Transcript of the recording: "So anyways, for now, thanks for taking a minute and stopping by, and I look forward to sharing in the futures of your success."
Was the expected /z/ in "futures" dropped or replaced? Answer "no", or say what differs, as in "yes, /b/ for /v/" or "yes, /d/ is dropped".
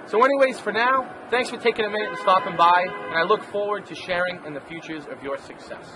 no